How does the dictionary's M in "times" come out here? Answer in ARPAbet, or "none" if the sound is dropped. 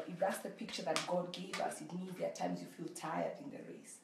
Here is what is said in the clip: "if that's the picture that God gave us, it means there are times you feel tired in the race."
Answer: M